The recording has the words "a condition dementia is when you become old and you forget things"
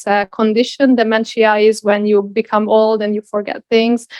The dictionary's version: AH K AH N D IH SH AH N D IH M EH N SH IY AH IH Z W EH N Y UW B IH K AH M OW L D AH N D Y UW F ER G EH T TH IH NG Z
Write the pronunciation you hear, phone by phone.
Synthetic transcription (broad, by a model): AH K AH N D IH SH AH N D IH M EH N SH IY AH IH Z W EH N Y UW B IH K AH M OW L D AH N Y UW F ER G EH T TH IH NG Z